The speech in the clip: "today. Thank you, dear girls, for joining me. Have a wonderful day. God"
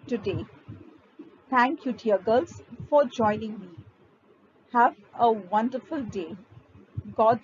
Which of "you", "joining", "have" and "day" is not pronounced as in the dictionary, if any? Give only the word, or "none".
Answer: none